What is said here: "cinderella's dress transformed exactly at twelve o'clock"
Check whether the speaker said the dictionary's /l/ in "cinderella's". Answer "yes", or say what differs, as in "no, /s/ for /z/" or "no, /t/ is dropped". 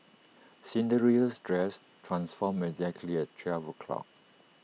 no, /l/ is dropped